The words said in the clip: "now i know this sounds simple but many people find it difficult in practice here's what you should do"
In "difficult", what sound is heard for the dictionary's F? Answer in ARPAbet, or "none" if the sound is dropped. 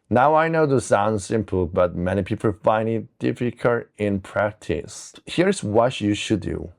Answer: F